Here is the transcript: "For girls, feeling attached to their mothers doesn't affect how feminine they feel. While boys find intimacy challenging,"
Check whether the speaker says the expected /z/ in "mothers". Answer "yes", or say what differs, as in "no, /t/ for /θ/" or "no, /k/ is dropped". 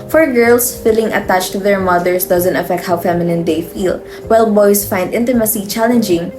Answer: no, /s/ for /z/